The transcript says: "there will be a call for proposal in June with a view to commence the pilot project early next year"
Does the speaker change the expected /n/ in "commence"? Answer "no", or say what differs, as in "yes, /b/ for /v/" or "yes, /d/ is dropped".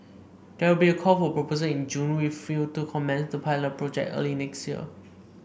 no